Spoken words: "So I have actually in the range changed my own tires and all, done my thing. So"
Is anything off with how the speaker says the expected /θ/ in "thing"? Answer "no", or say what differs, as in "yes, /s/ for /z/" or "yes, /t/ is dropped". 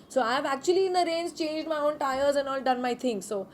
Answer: yes, /t/ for /θ/